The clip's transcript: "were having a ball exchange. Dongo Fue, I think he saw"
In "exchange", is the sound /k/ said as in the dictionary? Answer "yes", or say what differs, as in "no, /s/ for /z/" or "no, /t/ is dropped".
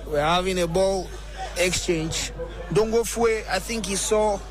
yes